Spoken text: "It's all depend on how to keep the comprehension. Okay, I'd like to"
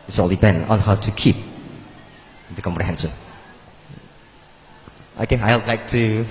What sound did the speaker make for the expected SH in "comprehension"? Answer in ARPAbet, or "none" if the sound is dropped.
S